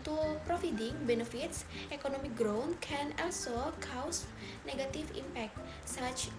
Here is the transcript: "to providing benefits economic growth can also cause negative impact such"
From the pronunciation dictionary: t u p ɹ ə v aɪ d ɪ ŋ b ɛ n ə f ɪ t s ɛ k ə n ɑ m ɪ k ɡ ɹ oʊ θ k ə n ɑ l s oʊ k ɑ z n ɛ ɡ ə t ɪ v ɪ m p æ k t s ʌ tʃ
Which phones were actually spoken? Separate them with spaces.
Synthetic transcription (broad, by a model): t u p ɹ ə f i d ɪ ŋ b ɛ n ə f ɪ t s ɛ k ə n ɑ m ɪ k ɡ ɹ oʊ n k ə n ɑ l s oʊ k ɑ s n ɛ ɡ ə t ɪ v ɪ m p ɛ k t s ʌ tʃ